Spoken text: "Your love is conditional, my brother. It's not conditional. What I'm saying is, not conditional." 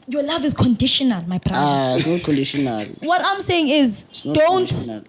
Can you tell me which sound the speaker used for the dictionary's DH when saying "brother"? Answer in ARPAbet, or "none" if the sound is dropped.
none